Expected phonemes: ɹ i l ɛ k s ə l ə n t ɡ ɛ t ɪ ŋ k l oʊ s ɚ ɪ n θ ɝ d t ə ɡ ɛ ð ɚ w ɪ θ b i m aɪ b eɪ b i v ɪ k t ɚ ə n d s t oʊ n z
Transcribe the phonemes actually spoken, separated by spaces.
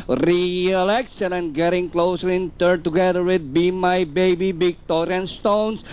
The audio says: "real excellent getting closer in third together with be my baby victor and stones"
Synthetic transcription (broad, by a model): ɹ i l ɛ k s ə n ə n ɡ ɛ t ɪ ŋ k l oʊ s ɚ ɪ n t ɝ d t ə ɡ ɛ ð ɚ w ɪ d b i m aɪ b eɪ b i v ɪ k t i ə n s t oʊ n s